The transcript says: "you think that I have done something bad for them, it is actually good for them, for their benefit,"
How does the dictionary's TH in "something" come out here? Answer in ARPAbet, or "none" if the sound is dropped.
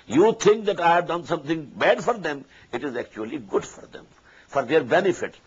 T